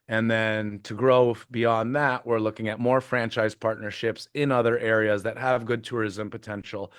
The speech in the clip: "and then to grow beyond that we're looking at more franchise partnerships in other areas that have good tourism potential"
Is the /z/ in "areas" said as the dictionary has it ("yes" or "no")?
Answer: yes